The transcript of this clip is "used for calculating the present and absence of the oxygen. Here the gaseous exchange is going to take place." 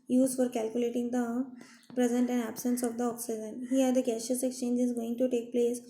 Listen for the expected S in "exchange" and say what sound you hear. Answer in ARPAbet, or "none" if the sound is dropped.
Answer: S